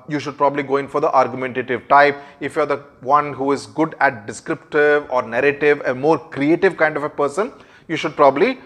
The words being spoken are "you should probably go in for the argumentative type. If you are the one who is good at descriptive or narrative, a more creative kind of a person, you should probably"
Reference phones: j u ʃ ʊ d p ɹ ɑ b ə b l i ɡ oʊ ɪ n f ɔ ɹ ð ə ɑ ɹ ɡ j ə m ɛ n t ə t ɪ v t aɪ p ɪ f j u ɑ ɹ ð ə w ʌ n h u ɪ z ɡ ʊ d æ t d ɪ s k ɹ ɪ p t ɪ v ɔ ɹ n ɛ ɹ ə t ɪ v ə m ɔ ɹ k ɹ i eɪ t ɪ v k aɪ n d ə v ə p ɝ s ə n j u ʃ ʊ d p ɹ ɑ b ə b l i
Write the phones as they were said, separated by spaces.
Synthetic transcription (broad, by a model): j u ʃ ʊ d p ɹ ɑ b ə b l i ɡ oʊ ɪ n f ɔ ɹ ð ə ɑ ɹ ɡ j m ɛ n t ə t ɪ v t aɪ p ɪ f j u ɑ ɹ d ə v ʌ n h u ɪ z ɡ ʊ d æ t d ɪ s k ɹ ɪ p t ɪ v ɔ ɹ n ɛ ɹ ə t ɪ v ə m ɔ ɹ k ɹ i eɪ t ɪ v k aɪ n d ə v ə p ɝ s ə n j u ʃ ʊ d p ɹ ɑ b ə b l i